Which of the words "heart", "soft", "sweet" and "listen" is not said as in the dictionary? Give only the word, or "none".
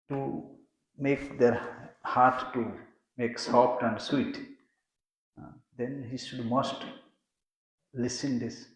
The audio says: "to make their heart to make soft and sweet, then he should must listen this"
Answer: soft